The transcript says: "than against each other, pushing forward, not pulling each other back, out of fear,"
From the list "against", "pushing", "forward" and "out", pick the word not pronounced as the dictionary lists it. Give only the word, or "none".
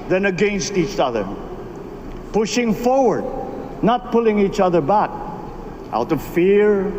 none